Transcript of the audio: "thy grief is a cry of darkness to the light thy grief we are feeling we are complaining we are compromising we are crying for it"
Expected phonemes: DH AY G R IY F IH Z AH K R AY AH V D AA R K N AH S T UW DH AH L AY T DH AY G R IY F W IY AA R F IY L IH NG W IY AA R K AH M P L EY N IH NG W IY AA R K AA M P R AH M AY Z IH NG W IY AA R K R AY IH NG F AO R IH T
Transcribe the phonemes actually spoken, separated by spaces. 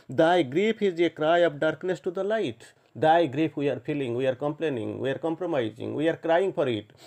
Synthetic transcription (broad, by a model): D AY G R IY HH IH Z AH K R AY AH P D AA R K N AH S T UW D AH L AY T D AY G R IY P W IY AA R P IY L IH NG W IY AA R K AH M P L EY N IH NG W IY AA R K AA M P R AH M AY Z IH NG W IY AA R K R AY IH NG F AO R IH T